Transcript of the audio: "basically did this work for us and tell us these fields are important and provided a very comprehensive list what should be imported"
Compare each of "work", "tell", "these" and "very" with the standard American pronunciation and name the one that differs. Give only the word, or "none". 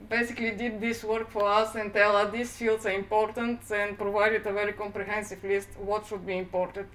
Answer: these